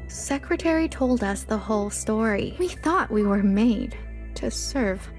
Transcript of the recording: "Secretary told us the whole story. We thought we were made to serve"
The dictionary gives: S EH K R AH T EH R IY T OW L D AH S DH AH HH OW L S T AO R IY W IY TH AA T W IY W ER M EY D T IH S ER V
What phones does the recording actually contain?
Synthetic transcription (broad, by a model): S EH K R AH T EH R IY T OW L D AH S DH AH HH OW L S T AO R IY W IY TH AA T W IY W ER M EY D T IH S ER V